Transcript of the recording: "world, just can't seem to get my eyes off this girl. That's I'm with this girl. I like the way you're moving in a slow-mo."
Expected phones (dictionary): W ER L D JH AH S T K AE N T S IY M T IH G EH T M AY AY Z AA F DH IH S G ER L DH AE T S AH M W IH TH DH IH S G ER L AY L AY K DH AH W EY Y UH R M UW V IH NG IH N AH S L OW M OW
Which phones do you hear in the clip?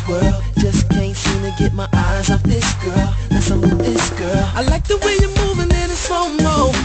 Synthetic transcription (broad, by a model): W ER L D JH AH S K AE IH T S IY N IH G EH T M AY AY Z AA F DH IH S G ER L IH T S AH M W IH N DH IH S G ER L AY L AY K DH AH W EY Y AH R M UW V IH NG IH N AH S OW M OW